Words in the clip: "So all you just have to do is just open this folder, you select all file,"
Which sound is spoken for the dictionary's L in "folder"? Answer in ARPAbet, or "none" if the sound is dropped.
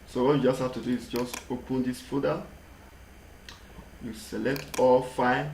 none